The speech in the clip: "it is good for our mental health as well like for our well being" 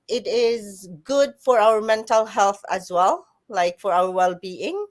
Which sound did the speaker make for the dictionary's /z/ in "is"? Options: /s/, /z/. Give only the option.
/z/